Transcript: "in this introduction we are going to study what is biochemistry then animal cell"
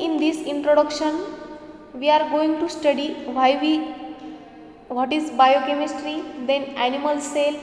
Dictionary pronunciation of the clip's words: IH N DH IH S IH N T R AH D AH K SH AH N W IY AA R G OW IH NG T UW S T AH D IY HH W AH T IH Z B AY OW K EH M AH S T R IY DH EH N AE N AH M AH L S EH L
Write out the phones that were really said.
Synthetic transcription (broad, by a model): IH N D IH S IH N T R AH D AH K SH AH N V IY AA R G OW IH NG T UW S T AH D IY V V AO T IH Z B AY OW K EH M AH S T R IY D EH N AE N AH M AH L S EH L